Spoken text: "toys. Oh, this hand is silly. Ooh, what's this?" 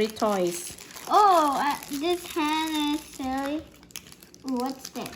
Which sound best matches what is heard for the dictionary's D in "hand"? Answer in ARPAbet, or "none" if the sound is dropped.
none